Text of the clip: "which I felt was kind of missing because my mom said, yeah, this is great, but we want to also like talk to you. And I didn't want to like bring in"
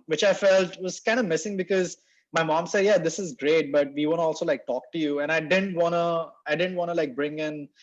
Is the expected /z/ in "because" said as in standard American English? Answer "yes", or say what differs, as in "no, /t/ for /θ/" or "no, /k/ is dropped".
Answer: yes